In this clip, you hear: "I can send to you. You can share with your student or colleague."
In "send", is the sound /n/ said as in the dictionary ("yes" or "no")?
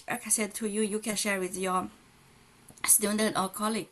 no